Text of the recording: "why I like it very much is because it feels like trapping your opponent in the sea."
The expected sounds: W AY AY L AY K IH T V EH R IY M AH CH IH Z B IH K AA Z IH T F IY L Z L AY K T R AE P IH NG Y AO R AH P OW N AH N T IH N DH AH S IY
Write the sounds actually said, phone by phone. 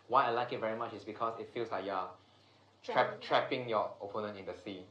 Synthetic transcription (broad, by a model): W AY AY L AY K IH T V EH R IY M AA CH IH S B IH K AA S IH T F IY L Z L AY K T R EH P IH NG Y AO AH P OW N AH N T IH N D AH S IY